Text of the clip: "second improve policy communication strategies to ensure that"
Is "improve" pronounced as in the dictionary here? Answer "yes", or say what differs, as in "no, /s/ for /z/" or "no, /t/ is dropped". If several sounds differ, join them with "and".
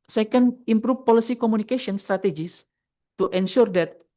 no, /f/ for /v/